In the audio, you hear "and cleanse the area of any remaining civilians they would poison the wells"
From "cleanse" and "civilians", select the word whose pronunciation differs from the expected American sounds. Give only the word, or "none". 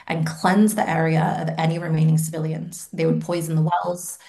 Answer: none